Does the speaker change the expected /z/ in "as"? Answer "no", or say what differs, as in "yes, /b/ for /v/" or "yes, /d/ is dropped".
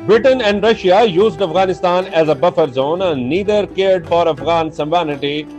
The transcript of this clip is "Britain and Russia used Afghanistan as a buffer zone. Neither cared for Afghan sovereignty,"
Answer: no